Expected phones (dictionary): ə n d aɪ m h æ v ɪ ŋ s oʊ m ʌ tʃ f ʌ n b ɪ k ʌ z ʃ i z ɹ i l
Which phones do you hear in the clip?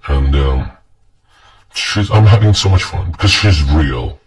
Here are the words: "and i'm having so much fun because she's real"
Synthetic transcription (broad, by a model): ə n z aɪ m h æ v ɪ ŋ s oʊ m ʌ tʃ f ʌ n b ɪ k ʌ z ʃ i z ɹ i l